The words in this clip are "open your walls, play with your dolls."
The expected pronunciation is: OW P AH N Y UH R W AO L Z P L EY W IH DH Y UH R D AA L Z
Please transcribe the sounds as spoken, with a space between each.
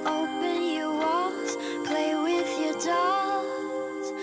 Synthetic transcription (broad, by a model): OW P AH N Y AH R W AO Z P L EY W IH DH Y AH R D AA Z